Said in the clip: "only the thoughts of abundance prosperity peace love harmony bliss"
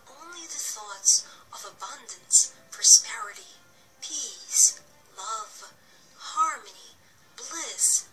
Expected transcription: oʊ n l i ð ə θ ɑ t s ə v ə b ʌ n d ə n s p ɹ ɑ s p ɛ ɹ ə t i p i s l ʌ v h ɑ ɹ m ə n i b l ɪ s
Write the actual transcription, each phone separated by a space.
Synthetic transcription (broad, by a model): oʊ n l i ð ə θ ɑ t s ə v ə b ʌ n d ə n s p ɹ ɑ s p ɛ ɹ ə t i p i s l ʌ v h ɑ ɹ m ə n i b l ɪ s